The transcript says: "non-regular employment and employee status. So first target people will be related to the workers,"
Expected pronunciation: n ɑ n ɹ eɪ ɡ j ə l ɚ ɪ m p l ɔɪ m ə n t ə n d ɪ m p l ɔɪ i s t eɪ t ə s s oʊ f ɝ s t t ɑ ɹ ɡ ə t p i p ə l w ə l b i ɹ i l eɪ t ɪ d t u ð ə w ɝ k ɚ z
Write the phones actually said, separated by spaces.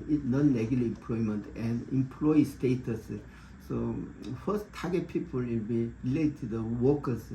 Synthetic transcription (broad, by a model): n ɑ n l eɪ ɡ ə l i ɪ m p l ɔɪ m ə n t ə n d ɪ m p l ɔɪ i s t eɪ t ə s s oʊ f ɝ s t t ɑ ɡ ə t p i p ə l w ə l b i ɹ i l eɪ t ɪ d t u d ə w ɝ k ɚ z